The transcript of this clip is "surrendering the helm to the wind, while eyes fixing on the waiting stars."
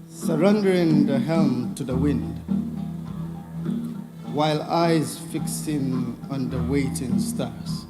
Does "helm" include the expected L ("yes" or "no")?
yes